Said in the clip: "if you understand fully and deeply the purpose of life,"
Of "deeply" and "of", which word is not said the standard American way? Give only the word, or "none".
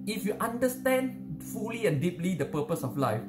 of